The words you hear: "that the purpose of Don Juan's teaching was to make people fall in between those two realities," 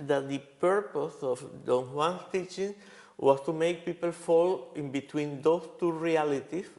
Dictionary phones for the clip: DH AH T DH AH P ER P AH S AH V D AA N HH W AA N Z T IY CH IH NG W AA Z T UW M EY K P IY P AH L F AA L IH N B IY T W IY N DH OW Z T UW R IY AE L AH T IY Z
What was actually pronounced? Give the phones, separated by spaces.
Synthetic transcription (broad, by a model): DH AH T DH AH P ER P AH S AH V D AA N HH W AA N S T IY CH IH NG W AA S T UW M EY K P IY P AH L F AA L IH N B IY T W IY N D OW S T UW R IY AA L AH T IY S